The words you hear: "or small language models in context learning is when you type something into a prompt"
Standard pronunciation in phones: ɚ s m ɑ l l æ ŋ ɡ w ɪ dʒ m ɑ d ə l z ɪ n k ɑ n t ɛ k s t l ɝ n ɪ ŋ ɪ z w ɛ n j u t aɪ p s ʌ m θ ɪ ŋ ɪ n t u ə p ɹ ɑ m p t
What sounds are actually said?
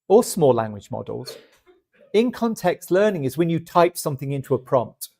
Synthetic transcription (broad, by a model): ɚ s m ɑ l l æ ŋ ɡ w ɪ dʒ m ɑ d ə l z ɪ n k ɑ n t ɛ k s t l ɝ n ɪ ŋ ɪ z w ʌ n j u t aɪ p s ʌ m θ ɪ ŋ ɪ n t u ə p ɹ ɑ m p t